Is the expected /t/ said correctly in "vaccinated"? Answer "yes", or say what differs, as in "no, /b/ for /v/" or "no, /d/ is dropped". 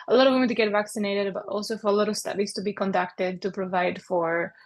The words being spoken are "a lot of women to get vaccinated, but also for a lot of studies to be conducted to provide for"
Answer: yes